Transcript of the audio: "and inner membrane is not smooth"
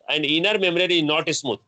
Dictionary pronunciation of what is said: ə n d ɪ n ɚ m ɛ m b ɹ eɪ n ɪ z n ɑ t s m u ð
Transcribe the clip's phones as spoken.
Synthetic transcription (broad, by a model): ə n d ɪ n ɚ m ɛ m ɹ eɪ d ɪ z n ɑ t s m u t